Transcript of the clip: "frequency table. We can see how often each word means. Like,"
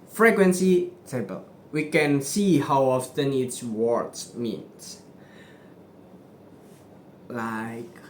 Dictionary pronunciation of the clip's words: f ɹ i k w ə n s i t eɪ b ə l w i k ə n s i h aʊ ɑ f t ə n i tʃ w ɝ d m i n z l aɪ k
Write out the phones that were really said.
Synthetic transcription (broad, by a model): f ɹ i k w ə n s i s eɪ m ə l w i k ə n s i h aʊ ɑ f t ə n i s w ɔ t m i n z l aɪ k